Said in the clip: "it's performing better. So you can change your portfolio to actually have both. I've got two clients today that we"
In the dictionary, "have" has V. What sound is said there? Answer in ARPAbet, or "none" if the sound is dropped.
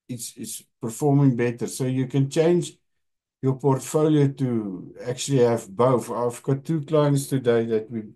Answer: V